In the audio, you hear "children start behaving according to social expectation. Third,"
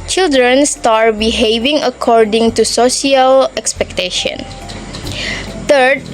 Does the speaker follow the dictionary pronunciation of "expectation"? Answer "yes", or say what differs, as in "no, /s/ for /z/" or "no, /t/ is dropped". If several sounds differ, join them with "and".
yes